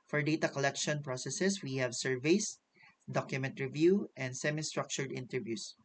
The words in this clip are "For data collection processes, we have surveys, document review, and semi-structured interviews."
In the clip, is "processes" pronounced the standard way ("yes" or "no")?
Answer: no